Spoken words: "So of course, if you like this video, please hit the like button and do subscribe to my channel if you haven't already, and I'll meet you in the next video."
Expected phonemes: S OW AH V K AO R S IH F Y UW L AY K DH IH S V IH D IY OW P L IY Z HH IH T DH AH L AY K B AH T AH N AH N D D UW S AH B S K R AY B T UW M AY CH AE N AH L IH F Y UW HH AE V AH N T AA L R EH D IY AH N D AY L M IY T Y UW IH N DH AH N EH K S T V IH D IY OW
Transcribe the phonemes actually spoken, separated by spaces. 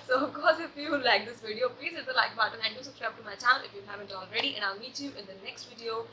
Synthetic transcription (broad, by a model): S OW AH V K AO R S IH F Y UW L AY K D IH S V IH D IY OW P L IY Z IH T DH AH L AY K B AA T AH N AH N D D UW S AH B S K R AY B T UW M AY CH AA AH N IH F Y UW HH AE V AH N T AA L R EH D IY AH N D AY L M IY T Y UW IH N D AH N EH K S T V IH D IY OW